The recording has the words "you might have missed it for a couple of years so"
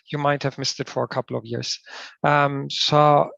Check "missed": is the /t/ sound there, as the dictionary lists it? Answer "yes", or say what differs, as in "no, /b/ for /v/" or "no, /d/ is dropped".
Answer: yes